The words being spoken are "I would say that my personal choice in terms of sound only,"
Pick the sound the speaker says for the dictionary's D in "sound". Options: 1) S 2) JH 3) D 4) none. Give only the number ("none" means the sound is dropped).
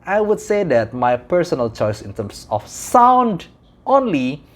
3